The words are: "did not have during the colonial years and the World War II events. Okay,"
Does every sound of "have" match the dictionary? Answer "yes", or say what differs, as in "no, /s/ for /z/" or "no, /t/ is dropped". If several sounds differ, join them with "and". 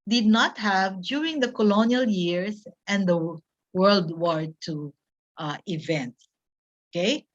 yes